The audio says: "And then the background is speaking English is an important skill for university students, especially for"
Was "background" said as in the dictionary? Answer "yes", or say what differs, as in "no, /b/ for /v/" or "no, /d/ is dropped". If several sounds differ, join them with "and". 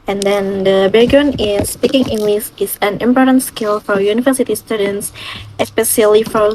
no, /k/ is dropped and /ɹ/ is dropped and /d/ is dropped